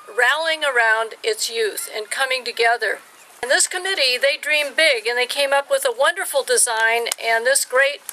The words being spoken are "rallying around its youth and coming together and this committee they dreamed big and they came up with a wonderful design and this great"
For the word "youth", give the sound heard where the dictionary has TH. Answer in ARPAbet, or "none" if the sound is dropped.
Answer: TH